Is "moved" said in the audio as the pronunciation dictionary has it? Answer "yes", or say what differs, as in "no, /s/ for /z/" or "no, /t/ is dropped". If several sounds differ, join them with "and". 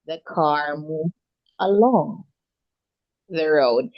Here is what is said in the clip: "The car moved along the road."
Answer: no, /d/ is dropped